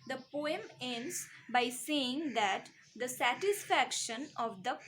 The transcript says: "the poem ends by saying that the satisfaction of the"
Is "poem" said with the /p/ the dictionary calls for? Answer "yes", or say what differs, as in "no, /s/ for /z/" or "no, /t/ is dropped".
yes